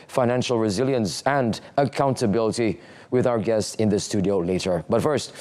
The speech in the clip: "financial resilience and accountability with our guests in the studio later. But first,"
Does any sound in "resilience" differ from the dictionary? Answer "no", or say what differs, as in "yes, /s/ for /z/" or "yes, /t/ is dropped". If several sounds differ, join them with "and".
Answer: no